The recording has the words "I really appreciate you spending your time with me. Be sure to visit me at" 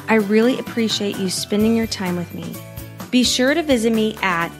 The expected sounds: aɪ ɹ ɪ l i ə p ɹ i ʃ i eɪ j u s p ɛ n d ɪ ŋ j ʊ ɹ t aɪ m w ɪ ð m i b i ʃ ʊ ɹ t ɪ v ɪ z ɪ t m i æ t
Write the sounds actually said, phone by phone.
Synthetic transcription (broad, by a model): aɪ ɹ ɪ l i ə p ɹ i ʃ i eɪ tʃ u s p ɛ n d ɪ ŋ j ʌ ɹ t aɪ m w ɪ ð m i b i ʃ ʊ ɹ t ɪ v ɪ z ɪ t m i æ t